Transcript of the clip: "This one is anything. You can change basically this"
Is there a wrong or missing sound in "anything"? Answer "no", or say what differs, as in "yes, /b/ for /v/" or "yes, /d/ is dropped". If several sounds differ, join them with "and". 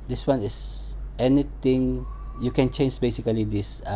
yes, /t/ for /θ/